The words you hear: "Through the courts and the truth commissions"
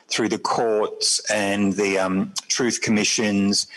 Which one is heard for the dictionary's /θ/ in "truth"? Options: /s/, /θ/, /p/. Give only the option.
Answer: /θ/